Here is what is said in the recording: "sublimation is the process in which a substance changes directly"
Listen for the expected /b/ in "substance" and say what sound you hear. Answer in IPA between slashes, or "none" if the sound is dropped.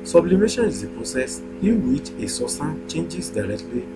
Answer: none